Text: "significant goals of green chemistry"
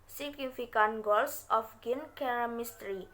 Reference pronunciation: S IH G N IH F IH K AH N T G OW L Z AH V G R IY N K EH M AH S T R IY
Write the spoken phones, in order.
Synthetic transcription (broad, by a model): S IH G N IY F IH K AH N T G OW L S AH F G IY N K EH M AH S T R IY